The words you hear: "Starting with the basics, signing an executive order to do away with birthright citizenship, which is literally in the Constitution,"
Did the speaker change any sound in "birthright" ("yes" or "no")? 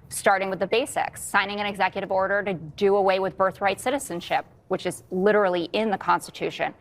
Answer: no